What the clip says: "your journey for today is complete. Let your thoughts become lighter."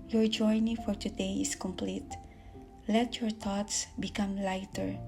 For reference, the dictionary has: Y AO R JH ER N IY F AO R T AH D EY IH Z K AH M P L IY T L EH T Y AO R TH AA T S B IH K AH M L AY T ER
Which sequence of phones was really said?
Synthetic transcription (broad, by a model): Y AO R JH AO N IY F AO R T AH D EY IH S K AH M P L IY T L EH T Y AO R T AA T S B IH K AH M L AY T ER